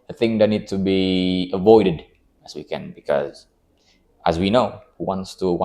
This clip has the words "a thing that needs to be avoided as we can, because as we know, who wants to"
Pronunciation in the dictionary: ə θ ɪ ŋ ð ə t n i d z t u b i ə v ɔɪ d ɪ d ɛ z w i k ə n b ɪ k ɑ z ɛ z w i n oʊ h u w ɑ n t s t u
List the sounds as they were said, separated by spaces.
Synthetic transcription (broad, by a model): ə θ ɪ ŋ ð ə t n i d t u b i ə v ɔɪ d ɪ d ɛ s w i k ə n b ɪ k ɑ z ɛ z w i n oʊ h u w ɑ n t s t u